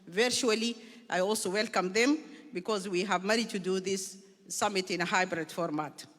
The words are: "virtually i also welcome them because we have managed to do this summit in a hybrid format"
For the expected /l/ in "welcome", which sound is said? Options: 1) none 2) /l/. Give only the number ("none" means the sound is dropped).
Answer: 2